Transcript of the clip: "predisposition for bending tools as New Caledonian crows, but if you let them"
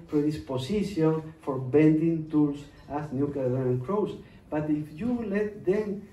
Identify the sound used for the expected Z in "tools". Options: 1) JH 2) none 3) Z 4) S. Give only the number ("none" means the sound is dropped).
4